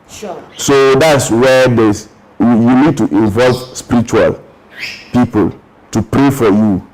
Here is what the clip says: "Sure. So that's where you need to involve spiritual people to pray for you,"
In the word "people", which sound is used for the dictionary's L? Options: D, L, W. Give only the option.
L